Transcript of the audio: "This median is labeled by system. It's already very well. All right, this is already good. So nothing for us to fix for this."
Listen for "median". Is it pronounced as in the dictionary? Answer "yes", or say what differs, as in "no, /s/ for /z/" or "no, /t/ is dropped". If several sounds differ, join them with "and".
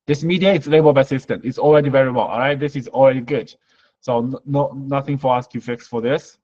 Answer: no, /n/ is dropped